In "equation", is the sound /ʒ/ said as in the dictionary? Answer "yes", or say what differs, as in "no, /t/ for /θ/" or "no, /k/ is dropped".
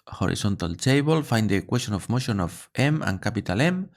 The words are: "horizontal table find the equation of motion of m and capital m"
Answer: no, /s/ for /ʒ/